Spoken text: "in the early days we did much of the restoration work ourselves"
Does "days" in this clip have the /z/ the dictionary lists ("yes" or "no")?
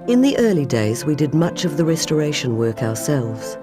yes